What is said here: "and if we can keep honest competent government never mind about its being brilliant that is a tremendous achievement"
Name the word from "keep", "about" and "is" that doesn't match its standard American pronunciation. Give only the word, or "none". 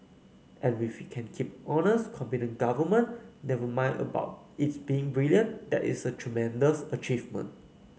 is